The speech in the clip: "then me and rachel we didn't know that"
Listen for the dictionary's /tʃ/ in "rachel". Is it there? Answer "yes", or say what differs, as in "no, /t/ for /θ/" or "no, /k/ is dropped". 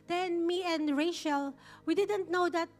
no, /ʃ/ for /tʃ/